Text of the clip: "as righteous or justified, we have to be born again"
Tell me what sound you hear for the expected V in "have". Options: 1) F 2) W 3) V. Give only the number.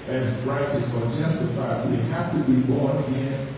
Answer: 1